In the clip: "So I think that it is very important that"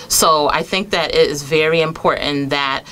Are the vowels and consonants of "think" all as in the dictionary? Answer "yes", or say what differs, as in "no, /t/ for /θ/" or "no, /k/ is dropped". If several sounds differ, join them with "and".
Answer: yes